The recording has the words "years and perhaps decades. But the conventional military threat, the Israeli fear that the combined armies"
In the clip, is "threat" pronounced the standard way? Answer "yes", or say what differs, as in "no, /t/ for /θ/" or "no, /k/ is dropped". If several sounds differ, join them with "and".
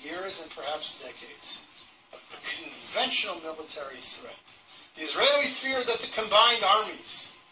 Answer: yes